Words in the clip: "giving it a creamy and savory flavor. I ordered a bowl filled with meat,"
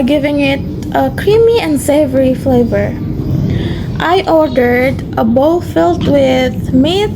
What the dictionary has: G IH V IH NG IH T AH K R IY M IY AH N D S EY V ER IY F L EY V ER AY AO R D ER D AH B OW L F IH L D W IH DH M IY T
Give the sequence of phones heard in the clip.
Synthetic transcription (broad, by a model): G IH V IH NG IH T AH K R IY M IY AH N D S EY V ER IY F L EY V ER AY AO R D ER D AH B OW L F IH L D W IH DH M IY